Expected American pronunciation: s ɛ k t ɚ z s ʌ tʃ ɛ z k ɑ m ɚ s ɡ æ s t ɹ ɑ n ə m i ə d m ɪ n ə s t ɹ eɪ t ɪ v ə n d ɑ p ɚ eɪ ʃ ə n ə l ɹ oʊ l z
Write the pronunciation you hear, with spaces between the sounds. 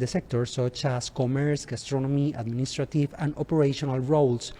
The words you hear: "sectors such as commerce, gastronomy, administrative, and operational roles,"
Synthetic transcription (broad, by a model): s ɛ k t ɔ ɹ s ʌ tʃ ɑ s k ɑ m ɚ s ɡ æ s t ɹ ɑ n ə m i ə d m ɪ n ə s t ɹ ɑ t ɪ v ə n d ɑ p ɚ eɪ ʃ ə n ə l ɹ oʊ l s